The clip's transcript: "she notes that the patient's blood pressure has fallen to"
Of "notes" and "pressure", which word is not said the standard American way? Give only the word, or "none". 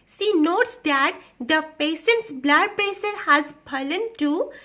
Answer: pressure